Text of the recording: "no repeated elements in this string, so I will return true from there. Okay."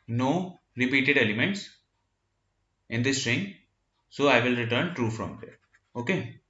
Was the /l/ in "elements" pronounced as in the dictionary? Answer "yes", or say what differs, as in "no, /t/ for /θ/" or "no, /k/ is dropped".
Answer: yes